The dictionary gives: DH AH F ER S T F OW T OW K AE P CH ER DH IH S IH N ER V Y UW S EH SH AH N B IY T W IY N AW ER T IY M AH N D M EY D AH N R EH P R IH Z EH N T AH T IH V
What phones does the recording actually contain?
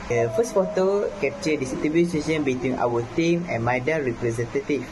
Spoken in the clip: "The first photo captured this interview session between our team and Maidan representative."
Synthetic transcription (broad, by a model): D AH F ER S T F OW T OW K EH P CH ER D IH S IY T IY B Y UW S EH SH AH N B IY T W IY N AW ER T IY M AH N M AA D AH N R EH P R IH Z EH N T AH T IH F